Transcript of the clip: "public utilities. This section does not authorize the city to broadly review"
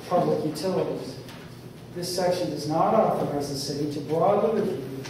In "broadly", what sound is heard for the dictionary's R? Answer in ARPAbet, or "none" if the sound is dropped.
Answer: L